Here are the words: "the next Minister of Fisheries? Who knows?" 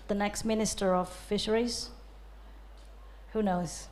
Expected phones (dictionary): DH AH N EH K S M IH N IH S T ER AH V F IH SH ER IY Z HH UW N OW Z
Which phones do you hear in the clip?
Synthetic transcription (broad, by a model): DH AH N EH K S M IH N IH S T ER AH V F IH SH ER IY Z HH UW N OW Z